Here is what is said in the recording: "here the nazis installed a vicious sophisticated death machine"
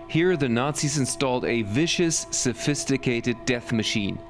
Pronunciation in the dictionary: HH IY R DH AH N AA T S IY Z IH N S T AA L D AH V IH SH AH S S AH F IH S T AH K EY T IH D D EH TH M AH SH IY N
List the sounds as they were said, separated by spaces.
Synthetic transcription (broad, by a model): HH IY R DH AH N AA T S IY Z IH N S T AA L D AH V IH SH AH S S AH F IH S T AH K EY T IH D D EH TH M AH SH IY N